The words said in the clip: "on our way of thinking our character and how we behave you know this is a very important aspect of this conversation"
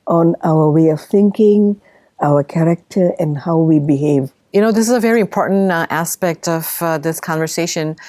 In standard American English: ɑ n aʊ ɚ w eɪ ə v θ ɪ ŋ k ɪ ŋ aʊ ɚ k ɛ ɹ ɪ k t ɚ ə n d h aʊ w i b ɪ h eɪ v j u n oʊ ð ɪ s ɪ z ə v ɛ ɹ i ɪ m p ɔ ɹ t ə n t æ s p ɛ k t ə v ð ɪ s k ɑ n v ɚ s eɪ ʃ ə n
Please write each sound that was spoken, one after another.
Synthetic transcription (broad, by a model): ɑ n aʊ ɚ w eɪ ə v θ ɪ ŋ k ɪ ŋ aʊ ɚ k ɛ ɹ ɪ k t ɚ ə n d h aʊ w i b ɪ h eɪ v j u n oʊ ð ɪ s ɪ z ə v ɛ ɹ i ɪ m p ɔ ɹ t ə n t æ s p ɛ k t ə v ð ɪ s k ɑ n v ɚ s eɪ ʃ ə n